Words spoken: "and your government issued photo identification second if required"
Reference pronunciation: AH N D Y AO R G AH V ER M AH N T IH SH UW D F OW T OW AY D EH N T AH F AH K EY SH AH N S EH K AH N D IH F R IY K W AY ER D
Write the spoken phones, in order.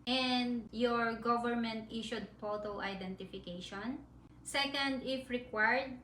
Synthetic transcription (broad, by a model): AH N D Y AO R G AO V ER M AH N T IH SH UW D P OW T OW AY D EH N T AH F AH K EY SH AH N S EH K AH N D IH F R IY K W AY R D